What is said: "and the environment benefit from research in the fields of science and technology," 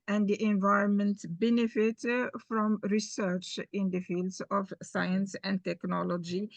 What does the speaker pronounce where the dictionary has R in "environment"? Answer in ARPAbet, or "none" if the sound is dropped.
R